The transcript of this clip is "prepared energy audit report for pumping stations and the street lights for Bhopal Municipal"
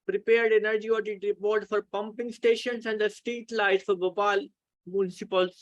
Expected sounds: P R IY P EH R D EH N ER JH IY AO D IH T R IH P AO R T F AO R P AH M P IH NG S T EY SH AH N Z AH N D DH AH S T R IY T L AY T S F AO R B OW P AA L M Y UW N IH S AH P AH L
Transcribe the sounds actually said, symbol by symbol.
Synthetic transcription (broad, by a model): P R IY P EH R D EH N ER JH IY AO D IH T R IH P AO R T F AO R P AH M P IH NG S T EY SH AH N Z AH N D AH S T IY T L AY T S F AO R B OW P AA L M Y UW N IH S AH P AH L